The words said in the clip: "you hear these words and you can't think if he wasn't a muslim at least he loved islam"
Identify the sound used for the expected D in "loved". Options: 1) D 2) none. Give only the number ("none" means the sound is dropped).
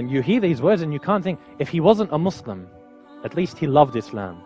1